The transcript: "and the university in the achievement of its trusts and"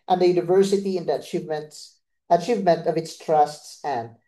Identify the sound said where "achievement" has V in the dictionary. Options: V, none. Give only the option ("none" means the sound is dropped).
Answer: V